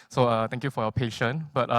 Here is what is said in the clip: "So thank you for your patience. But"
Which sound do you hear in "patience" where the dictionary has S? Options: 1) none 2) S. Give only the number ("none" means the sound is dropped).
1